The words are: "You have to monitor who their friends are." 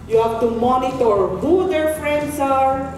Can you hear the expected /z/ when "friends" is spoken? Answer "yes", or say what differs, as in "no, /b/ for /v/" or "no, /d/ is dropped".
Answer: no, /s/ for /z/